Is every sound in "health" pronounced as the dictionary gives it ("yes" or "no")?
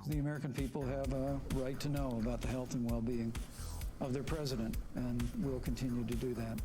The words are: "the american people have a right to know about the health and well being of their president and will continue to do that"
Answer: yes